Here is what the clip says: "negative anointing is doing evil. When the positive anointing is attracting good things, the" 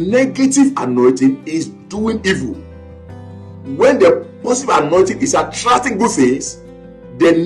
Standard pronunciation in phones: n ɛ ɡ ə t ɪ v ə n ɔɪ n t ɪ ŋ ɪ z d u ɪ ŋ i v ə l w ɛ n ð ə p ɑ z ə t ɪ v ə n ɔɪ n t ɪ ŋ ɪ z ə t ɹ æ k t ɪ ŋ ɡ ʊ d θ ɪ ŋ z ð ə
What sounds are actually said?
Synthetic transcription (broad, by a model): n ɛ ɡ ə t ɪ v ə n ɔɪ t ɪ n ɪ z d u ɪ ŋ i v ə l w ɛ n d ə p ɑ s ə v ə n ɔɪ t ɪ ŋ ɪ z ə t ɹ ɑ k t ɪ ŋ ɡ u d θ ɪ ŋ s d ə